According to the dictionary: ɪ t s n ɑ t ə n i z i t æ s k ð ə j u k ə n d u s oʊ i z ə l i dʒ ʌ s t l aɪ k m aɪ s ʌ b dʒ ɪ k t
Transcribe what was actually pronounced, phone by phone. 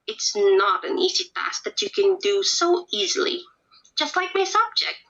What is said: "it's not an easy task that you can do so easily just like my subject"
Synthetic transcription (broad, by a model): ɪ t s n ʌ t ə n i z i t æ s ð ə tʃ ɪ k ə n d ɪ s oʊ i z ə l i dʒ ʌ s t l aɪ k m aɪ s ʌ b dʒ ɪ k t